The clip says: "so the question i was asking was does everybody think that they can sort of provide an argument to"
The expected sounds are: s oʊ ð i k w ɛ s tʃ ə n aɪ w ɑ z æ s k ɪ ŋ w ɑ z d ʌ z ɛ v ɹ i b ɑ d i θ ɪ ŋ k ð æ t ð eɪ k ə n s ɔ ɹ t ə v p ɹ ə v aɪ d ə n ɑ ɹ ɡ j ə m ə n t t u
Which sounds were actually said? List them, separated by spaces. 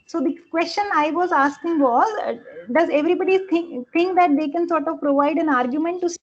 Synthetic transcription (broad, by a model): s oʊ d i k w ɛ s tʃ ə n aɪ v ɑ z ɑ s k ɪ ŋ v ɑ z d ʌ z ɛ v ɹ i b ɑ d i t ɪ ŋ k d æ t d eɪ k ə n s ɔ ɹ t ə v p ɹ ə v aɪ d ə n ɑ ɹ ɡ j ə m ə n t t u